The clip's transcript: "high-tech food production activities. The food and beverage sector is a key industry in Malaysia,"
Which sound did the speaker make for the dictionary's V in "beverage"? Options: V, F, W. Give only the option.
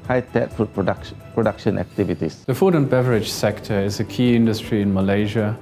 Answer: V